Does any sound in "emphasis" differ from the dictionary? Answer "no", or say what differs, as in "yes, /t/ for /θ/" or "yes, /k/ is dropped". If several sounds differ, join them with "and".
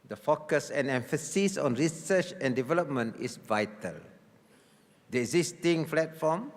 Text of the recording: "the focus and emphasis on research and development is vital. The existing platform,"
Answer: no